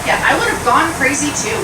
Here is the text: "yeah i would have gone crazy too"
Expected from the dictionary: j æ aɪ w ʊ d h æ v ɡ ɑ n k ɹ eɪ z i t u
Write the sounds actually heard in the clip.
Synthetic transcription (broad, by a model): j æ aɪ w ʊ d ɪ v ɡ ɑ n k ɹ eɪ z i t u